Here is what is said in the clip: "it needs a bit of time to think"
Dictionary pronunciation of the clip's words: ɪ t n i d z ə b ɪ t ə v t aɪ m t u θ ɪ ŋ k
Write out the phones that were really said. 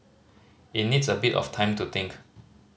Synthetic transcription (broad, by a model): ɪ t n i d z ə b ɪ t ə f t aɪ m t u t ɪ ŋ k